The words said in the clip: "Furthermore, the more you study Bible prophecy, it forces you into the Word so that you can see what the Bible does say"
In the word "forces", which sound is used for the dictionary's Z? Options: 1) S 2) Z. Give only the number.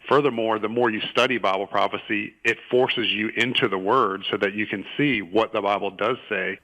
2